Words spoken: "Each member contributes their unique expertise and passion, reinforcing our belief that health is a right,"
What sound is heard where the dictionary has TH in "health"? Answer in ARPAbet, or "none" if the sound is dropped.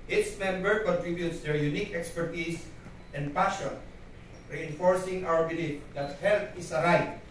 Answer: T